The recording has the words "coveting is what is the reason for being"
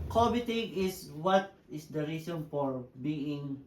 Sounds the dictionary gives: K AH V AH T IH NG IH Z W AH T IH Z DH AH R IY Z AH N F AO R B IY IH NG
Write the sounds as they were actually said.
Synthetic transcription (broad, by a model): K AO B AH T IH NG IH S W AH T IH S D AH R IY S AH N F AO R B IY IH NG